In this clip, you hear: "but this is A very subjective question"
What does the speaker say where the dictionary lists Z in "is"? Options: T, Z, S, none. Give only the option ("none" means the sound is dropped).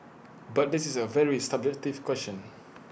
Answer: S